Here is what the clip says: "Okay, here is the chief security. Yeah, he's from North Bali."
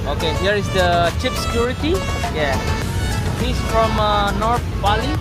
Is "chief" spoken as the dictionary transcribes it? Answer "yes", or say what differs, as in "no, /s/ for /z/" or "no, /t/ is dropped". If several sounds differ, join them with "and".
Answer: no, /p/ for /f/